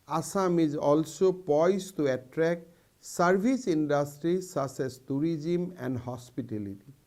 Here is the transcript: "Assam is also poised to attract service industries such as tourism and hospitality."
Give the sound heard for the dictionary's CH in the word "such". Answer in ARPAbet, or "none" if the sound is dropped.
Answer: S